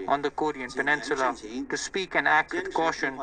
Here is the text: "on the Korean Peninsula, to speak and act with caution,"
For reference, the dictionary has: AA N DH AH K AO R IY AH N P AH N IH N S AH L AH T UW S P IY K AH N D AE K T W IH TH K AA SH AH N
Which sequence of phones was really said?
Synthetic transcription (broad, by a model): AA N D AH K AO R IY AH N P AH N IH N S AH L AH T UW S P IY K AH N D AE K T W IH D K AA SH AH N